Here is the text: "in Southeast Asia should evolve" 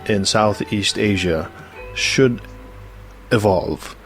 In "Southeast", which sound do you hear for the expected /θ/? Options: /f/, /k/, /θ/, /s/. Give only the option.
/θ/